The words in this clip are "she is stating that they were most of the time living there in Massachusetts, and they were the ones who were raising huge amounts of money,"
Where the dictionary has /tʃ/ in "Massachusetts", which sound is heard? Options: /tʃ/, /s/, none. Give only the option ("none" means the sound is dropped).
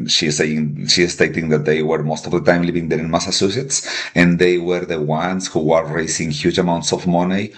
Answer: /s/